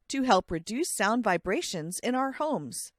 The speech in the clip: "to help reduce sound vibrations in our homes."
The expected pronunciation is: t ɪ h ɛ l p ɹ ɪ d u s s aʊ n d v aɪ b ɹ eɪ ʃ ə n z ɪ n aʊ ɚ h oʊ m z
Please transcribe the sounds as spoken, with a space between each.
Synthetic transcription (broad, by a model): t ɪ h ɛ l p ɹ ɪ d u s s aʊ n d v aɪ b ɹ eɪ ʃ ə n z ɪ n aʊ ɚ h oʊ m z